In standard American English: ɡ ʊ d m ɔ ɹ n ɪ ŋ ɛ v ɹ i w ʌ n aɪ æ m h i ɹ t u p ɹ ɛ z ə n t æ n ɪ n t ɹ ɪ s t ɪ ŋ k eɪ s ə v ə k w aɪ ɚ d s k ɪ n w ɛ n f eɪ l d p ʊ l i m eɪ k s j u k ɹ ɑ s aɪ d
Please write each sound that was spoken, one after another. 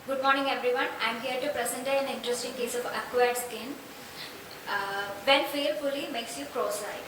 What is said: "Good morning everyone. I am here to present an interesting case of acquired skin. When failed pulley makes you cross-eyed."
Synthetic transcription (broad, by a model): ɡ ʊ d m ɔ ɹ n ɪ ŋ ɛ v ɹ i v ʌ n aɪ m h i ɹ t u p ɹ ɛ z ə n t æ n ɪ n t ɹ ɪ s t ɪ ŋ k eɪ s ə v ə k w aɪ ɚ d s k ɪ n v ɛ n f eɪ d f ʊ l i m eɪ k s j u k ɹ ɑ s aɪ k